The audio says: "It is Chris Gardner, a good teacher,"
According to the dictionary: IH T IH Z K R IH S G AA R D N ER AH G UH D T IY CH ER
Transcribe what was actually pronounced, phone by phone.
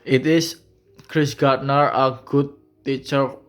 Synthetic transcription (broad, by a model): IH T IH S K R IH S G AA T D N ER AH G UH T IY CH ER